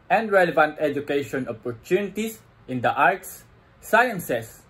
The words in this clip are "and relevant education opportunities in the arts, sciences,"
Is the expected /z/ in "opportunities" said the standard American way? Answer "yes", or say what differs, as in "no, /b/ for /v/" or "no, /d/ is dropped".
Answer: no, /s/ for /z/